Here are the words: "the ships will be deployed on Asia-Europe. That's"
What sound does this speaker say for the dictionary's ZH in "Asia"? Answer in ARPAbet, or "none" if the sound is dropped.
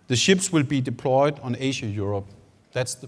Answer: SH